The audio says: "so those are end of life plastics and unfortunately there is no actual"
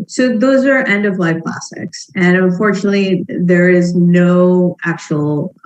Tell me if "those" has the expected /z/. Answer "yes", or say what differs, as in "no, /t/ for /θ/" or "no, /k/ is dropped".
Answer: yes